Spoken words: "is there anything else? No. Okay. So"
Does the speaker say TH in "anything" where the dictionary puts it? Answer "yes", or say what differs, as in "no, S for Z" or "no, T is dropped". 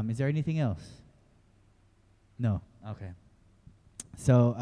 yes